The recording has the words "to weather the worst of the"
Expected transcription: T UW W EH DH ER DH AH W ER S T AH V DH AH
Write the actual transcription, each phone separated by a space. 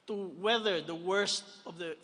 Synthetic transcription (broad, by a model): T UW W EH DH ER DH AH W ER S T AH V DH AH